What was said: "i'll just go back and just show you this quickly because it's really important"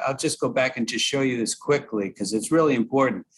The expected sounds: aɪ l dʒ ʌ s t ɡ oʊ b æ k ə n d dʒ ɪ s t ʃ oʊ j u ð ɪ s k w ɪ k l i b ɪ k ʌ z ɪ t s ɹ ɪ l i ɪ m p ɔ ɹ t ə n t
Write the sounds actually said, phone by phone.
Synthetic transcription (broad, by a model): aɪ l dʒ ʌ s ɡ oʊ b æ k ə n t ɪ ʃ oʊ j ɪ ð ɪ s k w ɪ k l i k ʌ z ɪ t s ɹ ɪ l i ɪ m p ɔ ɹ t n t